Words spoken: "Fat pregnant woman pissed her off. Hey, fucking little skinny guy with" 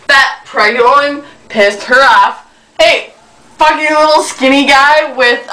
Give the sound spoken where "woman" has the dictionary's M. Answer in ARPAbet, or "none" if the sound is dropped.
none